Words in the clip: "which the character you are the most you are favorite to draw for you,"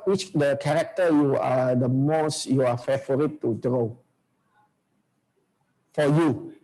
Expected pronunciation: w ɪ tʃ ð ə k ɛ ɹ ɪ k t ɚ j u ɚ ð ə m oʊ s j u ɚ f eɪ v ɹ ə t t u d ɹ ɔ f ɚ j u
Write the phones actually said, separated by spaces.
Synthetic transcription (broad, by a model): w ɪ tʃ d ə k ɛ ɹ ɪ k t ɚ j u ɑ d ə m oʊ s j u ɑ f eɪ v ɹ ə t t u d ɹ ɔ f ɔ j u